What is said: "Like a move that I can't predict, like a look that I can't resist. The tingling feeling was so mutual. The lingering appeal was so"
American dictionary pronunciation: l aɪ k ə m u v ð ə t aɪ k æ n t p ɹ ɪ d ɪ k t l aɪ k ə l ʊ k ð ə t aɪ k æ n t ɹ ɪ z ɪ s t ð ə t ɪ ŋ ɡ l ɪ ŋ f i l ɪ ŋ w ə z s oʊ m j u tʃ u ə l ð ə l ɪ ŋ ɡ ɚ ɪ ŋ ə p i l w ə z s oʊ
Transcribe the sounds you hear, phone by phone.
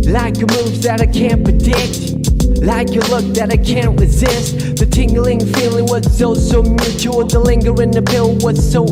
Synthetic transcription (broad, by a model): l aɪ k ə m u v ð ə t aɪ k æ n p ɹ ɪ d ɪ k t l aɪ k ə l ʊ k ð ə t aɪ k æ n t ɹ ɪ z ɪ s t ð ə t ɪ ŋ ɡ l ɪ ŋ f i l ɪ ŋ w ə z s oʊ m j u tʃ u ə n ð ə l ɪ ŋ ɡ ɚ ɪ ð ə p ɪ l w ə z s oʊ